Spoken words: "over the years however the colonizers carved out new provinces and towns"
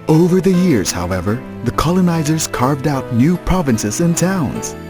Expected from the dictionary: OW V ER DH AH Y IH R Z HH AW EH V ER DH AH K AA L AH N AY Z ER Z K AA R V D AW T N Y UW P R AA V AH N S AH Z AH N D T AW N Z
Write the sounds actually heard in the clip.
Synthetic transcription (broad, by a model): OW V ER DH AH Y IH R Z HH AW EH V ER DH AH K AA L AH N AY Z ER Z K AA R V D AW T N Y UW P R AA V AH N S AH Z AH N T AW N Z